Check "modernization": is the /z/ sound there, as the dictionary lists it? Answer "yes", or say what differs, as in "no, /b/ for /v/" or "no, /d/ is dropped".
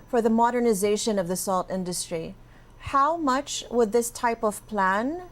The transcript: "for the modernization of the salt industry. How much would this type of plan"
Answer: yes